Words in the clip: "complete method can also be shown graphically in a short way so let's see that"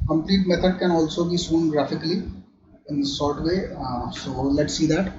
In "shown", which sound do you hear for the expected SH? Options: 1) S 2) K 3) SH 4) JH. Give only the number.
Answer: 1